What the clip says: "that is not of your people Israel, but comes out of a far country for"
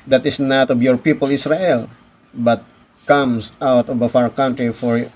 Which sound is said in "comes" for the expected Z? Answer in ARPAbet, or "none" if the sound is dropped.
S